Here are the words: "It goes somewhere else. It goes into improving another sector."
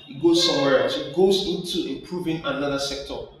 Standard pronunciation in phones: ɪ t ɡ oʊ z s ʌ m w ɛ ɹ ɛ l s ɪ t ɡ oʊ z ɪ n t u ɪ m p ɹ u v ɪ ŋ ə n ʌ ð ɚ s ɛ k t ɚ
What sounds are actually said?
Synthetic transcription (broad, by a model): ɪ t ɡ oʊ z s ʌ m w ɛ ɹ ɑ s ɪ t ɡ oʊ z ɪ n t u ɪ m p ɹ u v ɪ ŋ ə n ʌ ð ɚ s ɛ k t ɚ